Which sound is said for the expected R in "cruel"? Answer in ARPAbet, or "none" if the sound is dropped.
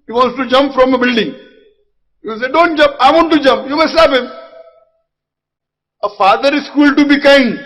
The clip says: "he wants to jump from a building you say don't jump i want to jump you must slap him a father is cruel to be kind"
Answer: none